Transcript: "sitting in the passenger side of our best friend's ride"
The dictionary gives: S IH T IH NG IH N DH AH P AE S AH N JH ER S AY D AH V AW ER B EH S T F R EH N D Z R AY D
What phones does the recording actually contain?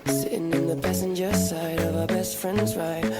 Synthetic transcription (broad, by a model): S IH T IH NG IH N DH AH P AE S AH N JH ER S AY D AH V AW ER B EH S T F R EH N D Z R AY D